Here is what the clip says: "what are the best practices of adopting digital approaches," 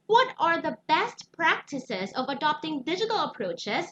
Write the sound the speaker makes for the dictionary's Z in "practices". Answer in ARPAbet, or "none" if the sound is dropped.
Z